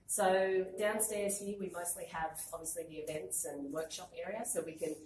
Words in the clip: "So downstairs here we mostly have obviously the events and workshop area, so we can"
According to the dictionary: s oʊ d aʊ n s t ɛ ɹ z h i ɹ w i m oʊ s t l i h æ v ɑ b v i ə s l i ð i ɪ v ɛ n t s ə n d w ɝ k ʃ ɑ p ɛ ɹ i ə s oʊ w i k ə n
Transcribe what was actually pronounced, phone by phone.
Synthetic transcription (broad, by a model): s oʊ d aʊ n s t ɛ ɹ z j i w i m oʊ s t l i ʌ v ɑ b v i ə s l i ð i ɪ v ɛ n t s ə n w ɝ k ʃ ɑ p ɛ ɹ i ə s oʊ w i k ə n